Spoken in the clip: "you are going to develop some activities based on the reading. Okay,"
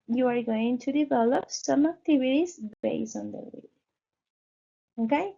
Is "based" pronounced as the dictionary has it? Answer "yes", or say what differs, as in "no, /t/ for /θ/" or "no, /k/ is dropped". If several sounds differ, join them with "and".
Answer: no, /t/ is dropped